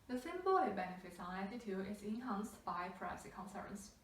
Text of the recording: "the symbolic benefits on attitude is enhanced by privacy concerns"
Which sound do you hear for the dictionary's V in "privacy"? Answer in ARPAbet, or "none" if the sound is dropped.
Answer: none